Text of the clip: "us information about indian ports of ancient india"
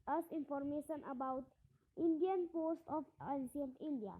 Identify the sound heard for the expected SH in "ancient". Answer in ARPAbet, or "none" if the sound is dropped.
S